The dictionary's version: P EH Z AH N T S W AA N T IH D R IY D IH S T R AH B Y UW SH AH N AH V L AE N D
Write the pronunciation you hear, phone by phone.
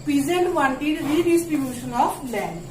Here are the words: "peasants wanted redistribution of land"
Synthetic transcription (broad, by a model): P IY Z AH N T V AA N T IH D R IY D IH S T R AH B Y UW SH AH N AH P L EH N